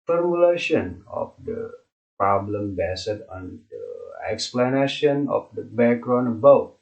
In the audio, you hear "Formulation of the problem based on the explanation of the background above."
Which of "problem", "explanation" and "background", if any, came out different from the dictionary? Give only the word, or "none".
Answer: background